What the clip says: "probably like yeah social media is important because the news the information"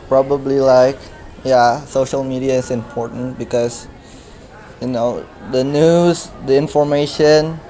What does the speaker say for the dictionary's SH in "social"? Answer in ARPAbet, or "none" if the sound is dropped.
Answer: SH